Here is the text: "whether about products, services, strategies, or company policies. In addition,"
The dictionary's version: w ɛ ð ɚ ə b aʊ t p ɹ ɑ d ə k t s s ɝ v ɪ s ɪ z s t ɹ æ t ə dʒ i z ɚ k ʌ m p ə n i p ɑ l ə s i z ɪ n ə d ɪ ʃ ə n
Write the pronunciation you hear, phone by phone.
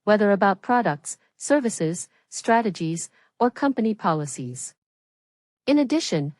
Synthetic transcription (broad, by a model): w ɛ ð ɚ ə b aʊ t p ɹ ɑ d ə k t s s ɝ v ɪ s ɪ z s t ɹ æ t ə dʒ i z ɚ k ʌ m p ə n i p ɑ l ə s i z ɪ n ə d ɪ ʃ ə n